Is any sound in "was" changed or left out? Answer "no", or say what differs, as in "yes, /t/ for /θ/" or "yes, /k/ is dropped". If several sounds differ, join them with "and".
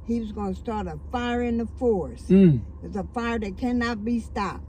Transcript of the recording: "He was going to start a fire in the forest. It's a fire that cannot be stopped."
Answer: no